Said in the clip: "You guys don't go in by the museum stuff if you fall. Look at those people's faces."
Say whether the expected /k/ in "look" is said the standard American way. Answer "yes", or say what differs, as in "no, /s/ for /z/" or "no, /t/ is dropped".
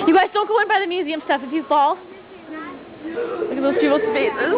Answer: no, /k/ is dropped